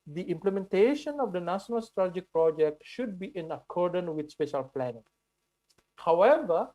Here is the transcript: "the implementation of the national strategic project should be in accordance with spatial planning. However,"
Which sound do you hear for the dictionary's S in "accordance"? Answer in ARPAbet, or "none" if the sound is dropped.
none